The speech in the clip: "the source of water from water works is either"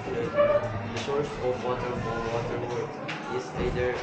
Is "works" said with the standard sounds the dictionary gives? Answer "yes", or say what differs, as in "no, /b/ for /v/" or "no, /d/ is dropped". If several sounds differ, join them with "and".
no, /s/ is dropped